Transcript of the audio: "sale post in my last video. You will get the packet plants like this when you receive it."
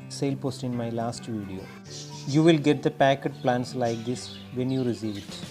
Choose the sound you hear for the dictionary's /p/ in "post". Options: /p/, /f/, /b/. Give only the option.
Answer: /p/